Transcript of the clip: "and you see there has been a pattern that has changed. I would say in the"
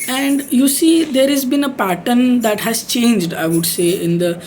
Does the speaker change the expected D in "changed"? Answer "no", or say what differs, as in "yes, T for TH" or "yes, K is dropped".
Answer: no